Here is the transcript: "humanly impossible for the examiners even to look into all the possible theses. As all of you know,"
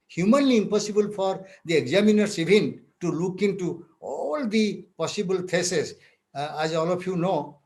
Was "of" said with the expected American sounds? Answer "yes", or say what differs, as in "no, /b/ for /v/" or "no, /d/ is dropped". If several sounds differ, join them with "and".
no, /p/ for /v/